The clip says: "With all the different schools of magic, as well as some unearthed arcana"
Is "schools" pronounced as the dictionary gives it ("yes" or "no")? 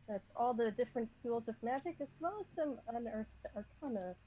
yes